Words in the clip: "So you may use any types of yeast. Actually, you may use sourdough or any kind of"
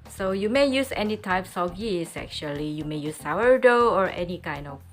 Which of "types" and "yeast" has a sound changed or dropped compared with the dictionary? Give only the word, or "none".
yeast